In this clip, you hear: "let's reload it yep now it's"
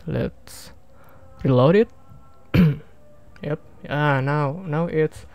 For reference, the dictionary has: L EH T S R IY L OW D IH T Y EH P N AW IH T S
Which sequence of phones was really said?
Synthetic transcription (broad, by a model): L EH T S R IY L OW D IH T Y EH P N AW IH T S